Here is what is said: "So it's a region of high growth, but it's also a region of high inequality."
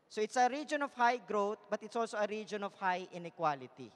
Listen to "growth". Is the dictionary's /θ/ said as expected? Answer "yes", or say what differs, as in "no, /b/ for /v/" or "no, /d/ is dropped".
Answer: no, /t/ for /θ/